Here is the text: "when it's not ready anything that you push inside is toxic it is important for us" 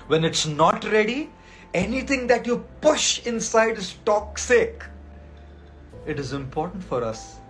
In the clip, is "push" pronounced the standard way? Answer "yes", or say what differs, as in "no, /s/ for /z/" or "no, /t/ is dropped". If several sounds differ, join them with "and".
yes